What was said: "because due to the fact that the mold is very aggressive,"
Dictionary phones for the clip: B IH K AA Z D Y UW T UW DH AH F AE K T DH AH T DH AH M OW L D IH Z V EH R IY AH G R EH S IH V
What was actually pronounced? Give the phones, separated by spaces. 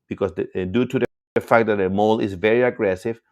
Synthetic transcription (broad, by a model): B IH K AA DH D Y UW T UW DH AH F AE K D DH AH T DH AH M OW L IH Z V EH R IY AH G R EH S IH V